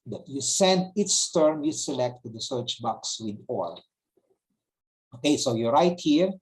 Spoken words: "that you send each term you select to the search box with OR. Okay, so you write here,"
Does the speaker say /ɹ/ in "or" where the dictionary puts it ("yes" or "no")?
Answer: no